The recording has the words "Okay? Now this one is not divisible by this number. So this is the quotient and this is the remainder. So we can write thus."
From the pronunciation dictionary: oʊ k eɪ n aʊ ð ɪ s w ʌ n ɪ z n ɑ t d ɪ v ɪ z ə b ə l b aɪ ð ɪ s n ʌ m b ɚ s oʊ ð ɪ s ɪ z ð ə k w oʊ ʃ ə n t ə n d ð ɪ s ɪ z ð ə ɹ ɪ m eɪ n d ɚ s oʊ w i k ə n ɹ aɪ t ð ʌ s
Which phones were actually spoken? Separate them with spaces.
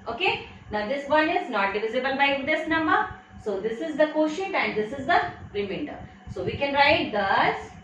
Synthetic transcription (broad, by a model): oʊ k eɪ n aʊ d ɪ s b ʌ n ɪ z n ɑ t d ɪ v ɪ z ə b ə l b aɪ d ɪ s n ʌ m ɚ s oʊ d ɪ s ɪ z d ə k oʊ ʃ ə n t ə n d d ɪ s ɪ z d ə ɹ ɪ m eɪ n d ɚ s oʊ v i k ə n ɹ aɪ t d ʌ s